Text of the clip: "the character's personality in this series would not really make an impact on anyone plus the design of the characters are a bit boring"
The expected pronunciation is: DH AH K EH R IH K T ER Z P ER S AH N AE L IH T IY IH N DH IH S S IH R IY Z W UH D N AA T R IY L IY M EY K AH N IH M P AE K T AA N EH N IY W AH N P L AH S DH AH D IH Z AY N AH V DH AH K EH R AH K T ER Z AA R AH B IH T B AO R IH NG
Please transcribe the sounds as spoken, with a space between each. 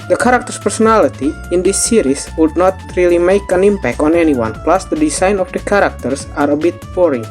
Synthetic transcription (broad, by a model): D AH K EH R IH K T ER S P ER S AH N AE L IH T IY IH N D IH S S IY R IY S W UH D N AA T R IY L IY M EY K AH N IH M P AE K T AA N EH N IY W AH N P L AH S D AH D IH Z AY N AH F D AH K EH R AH K T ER S AA R AH B IH T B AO R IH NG